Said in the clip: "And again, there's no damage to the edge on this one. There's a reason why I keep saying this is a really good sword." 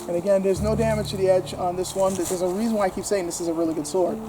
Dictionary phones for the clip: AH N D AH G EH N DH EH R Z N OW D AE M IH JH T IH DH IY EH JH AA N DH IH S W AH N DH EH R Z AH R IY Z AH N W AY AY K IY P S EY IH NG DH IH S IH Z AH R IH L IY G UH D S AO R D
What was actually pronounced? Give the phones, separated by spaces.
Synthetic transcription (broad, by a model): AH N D AH G EH N DH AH R Z N OW D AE M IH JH T IH DH IY EH JH N DH IH S W AH N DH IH R Z AH R IY Z AH N W AY AY K IY P S EY IH NG DH IH S IH Z AH R IH L IY G UH D S AO R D